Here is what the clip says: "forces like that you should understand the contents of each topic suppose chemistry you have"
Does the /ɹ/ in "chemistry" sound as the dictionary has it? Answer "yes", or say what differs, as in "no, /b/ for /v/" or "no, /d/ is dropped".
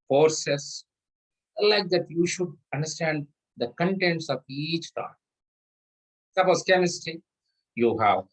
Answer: no, /ɹ/ is dropped